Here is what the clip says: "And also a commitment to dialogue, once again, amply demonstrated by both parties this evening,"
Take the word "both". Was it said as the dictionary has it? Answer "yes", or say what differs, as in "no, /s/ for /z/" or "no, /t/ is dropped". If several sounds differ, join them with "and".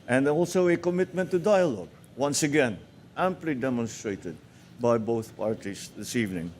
yes